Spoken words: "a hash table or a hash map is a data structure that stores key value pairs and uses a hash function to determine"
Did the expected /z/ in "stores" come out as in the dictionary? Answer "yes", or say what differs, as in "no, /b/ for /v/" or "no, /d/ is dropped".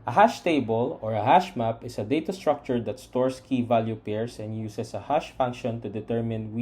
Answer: no, /s/ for /z/